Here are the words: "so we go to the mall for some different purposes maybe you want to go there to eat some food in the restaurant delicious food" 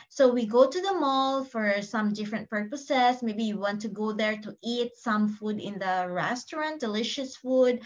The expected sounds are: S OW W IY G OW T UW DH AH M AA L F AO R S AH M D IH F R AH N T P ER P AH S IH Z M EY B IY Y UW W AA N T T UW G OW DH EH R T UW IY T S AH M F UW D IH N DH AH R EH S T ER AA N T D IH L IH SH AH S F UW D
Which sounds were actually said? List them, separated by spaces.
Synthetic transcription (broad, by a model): S OW W IY G OW T UW DH AH M AA L F AO R S AH M D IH F R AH N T P ER P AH S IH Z M EY B IY Y UW W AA N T T UW G OW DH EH R T UW IY T S AH M F UW D IH N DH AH R EH S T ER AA N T D IH L IH SH AH S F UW D